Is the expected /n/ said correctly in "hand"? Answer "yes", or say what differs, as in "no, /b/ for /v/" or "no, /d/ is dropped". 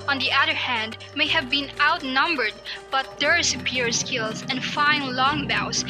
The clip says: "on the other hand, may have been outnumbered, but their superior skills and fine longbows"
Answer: yes